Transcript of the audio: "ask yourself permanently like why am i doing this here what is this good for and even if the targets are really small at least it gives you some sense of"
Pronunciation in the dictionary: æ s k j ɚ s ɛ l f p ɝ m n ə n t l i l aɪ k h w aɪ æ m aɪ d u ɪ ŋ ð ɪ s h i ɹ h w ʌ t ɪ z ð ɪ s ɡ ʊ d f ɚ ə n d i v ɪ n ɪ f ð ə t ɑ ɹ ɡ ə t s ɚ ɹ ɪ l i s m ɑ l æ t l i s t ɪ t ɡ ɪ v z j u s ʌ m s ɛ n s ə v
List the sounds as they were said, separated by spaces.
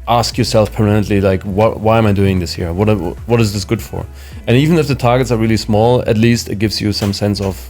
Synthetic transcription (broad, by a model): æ s k j ɚ s ɛ l f p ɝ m ə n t l i l aɪ k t w aɪ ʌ m aɪ d u ɪ ŋ ð ɪ s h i ɹ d w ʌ t ɪ z ð ɪ s ɡ ʊ d f ɚ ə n i v ɪ n ɪ f ð ə t ɑ ɹ ɡ ə t s ɚ ɹ ɪ l i s m ɑ l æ t l i s t ɪ t ɡ ɪ v z j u s ʌ m s ɛ n s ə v